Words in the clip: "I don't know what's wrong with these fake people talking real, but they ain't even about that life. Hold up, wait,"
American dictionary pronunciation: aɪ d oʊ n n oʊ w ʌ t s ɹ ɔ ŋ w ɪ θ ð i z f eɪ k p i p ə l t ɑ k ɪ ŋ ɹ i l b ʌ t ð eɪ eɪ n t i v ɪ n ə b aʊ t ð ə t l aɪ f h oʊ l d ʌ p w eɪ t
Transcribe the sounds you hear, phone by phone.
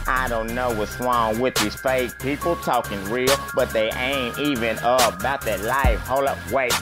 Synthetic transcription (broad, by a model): aɪ d oʊ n n oʊ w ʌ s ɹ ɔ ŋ w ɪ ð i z f eɪ k p i p l t ɑ k ɪ ŋ ɹ i l b ʌ t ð eɪ eɪ n t i v ɪ n ə b aʊ t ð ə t l aɪ f h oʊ l ʌ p w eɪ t